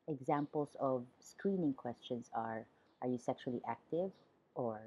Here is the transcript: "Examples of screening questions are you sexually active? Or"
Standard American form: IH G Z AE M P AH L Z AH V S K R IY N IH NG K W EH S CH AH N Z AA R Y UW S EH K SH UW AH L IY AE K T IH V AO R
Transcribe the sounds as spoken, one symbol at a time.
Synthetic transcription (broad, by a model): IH G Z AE M P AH L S AH V S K R IY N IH NG K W EH S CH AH N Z AA R Y UW S EH K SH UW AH L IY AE K T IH V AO R